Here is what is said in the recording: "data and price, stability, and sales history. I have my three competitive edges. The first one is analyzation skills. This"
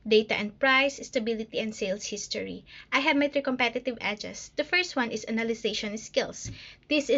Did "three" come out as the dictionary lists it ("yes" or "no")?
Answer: no